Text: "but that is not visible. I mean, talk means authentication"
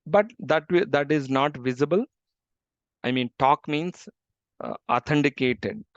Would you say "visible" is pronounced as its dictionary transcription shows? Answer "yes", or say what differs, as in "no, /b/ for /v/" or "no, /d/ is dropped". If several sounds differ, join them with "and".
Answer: yes